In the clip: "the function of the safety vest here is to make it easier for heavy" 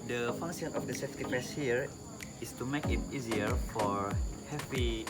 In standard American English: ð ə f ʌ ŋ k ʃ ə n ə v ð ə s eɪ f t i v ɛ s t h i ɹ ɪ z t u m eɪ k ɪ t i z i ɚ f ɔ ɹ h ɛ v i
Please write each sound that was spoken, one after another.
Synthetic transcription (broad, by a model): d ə f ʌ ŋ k s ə n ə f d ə s eɪ f t i p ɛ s h i ɹ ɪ s t u m eɪ k ɪ t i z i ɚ f ɔ ɹ h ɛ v i